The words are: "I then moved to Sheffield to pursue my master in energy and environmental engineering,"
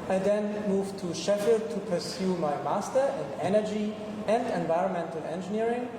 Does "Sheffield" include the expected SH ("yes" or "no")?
yes